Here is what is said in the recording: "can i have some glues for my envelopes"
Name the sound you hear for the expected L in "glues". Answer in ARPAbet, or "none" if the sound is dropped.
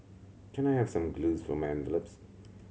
L